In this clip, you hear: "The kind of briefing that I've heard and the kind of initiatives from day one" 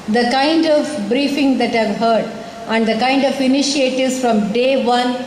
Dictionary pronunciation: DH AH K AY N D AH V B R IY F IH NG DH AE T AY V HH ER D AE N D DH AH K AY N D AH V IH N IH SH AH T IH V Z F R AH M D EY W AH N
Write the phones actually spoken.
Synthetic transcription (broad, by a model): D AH K AY N D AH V B R IY F IH NG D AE T AY V HH ER D AE N D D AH K AY N D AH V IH N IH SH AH T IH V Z F R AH M D EY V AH N